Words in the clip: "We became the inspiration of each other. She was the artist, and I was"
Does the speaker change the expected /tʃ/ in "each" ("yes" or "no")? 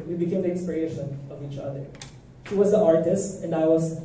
no